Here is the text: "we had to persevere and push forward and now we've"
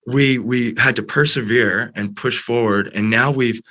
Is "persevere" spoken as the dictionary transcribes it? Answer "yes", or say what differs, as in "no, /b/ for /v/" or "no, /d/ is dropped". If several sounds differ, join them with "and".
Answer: yes